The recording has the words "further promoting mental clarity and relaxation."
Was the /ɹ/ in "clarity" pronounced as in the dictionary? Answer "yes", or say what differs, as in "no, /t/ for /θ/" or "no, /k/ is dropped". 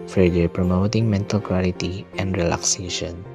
no, /l/ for /ɹ/